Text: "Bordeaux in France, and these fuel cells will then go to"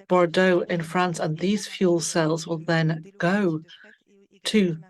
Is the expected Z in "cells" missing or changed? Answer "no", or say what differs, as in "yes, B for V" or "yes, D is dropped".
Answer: no